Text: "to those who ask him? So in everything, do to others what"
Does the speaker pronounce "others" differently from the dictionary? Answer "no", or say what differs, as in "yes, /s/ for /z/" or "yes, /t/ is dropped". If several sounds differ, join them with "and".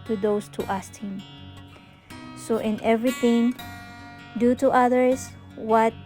yes, /s/ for /z/